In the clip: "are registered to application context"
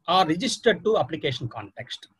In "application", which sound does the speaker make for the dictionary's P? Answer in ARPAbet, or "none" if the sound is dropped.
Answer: P